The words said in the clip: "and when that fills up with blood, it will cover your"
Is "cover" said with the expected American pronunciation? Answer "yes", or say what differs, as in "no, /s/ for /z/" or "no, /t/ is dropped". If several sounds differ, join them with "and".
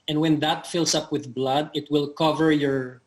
yes